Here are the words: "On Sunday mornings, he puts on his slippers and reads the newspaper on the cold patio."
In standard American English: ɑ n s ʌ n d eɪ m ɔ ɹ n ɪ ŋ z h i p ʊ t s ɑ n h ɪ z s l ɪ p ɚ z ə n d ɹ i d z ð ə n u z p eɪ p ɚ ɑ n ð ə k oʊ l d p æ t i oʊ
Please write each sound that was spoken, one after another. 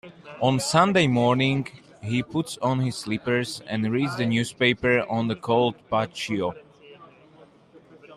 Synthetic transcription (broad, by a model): ɑ n s ʌ n d eɪ m ɔ ɹ n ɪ ŋ h i p ʊ t s ɑ n h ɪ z s l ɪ p ɚ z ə n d ɹ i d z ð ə n u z p eɪ p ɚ ɑ n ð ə k oʊ l d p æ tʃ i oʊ